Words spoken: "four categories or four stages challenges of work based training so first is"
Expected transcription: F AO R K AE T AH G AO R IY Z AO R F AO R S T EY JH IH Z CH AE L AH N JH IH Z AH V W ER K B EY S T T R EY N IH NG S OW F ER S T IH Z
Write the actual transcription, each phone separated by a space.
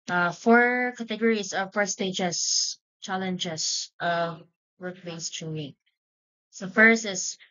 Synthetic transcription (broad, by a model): F AO R K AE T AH G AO R IY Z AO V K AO R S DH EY JH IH S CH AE L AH N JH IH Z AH W ER K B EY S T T UW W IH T S OW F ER S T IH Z